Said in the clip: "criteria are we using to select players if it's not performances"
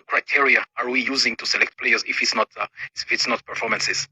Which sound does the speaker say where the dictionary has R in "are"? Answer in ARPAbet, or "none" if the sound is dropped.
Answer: R